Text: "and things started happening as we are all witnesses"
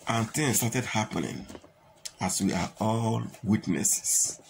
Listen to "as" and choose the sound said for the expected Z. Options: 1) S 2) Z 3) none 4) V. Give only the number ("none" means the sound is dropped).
1